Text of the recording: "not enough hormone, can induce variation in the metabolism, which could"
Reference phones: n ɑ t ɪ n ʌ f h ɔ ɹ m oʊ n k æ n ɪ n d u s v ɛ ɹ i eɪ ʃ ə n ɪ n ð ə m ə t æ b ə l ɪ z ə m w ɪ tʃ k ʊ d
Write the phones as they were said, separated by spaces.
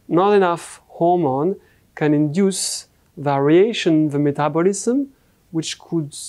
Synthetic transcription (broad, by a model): n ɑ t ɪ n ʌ f h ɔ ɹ m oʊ n k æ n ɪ n d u s v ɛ ɹ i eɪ ə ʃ ɪ n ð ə m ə t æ b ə l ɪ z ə m w ɪ tʃ k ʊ d